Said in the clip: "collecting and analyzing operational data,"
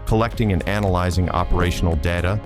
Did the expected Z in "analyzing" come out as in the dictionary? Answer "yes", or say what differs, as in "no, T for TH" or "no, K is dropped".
yes